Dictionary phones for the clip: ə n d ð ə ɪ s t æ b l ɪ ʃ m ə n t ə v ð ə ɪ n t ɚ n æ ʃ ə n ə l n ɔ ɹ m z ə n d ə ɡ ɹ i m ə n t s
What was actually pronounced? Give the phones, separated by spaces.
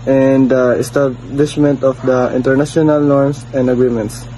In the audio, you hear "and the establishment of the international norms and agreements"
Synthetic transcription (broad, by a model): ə n d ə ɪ s t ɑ b l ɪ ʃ m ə n t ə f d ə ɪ n t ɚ n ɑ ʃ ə n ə l n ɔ ɹ m s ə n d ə ɡ ɹ i m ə n t s